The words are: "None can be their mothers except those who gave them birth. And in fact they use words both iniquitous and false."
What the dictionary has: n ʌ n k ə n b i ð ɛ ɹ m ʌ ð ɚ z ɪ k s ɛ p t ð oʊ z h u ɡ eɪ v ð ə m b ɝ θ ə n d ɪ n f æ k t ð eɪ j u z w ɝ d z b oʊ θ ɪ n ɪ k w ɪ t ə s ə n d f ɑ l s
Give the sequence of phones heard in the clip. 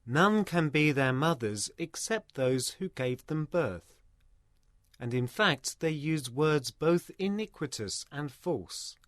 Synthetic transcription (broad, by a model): n ʌ n k ə n b i ð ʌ ɹ m ʌ ð ɚ z ɪ k s ɛ p t ð oʊ z h u ɡ eɪ v ð ə m b ɝ θ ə n ɪ n f æ k t ð eɪ j u z w ɝ d z b oʊ θ ɪ n ɪ k w ɪ t ə s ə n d f ɑ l s